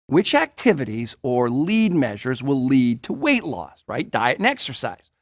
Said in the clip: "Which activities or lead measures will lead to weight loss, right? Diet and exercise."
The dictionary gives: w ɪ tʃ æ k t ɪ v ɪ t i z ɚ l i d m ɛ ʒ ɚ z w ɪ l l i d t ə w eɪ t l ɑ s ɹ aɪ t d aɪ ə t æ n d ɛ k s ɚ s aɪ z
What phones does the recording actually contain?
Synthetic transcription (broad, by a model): w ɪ tʃ æ k t ɪ v ɪ t i z ɚ l i d m ɛ ʒ ɚ z w ɪ l l i d t ə w eɪ t l ɑ s ɹ aɪ t d aɪ ə t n ɛ k s ɚ s aɪ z